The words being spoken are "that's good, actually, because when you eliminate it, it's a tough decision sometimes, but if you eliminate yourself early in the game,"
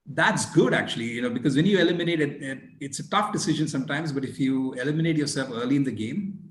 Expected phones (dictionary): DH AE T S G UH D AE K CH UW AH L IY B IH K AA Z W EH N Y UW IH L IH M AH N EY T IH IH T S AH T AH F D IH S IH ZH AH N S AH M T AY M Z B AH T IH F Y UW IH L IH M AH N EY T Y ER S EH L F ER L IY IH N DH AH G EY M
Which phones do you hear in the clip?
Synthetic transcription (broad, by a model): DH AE T S G UH D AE K CH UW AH N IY B IH K AA Z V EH N Y UW IH L IH M AH N EY T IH IH T S AH T AH F D IH S IH ZH AH N S AH M T AY M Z B AH T IH F Y UW IH L IH M AH N EY T Y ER S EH L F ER L IY IH N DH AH G EY M